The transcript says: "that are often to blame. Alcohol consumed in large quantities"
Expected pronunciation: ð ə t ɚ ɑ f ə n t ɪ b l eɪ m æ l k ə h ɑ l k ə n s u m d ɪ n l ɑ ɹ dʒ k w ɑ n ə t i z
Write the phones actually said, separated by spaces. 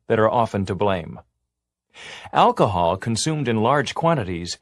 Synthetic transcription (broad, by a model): ð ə t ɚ ɑ f ə n t ɪ b l eɪ m æ l k ə h ɑ l k ə n s u m d ɪ n l ɑ ɹ dʒ k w ɑ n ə t i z